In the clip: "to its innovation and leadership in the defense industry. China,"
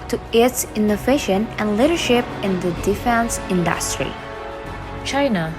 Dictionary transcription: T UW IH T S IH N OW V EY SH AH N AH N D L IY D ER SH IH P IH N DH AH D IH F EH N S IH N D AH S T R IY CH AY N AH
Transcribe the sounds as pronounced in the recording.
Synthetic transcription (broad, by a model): T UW IH T S IH N OW V EY SH AH N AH N L IY D ER SH IH P IH N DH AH D IH F EH N S IH N D AH S T R IY CH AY N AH